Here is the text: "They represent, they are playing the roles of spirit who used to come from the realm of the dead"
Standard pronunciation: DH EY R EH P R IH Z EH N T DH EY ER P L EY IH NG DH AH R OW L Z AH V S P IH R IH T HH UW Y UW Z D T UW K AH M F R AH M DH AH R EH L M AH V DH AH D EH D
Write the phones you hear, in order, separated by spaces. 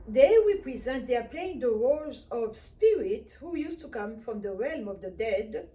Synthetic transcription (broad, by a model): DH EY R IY P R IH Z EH N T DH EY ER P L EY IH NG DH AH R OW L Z AH V S P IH R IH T HH UW Y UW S T UW K AH M F R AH M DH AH R EH L M AH V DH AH D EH D